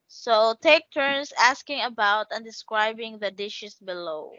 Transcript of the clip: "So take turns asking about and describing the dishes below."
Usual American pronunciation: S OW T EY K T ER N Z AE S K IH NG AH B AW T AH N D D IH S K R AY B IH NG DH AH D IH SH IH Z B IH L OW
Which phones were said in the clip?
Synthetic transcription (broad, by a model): S OW T EY K T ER N S AE S K IH NG AH B AW T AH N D D IH S K R AY B IH NG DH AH D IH SH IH S B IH L OW